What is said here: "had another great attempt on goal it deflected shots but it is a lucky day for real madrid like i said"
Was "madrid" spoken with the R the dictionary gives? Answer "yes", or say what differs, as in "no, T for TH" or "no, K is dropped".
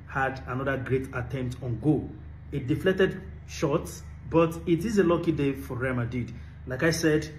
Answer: no, R is dropped